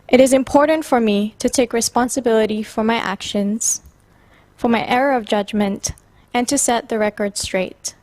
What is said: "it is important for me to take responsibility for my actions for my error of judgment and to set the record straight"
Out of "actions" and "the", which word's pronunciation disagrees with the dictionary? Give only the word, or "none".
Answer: none